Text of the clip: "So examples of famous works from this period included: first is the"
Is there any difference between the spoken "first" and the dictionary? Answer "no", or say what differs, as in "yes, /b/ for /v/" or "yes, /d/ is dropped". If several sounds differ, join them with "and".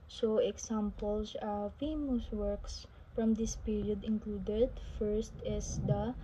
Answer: no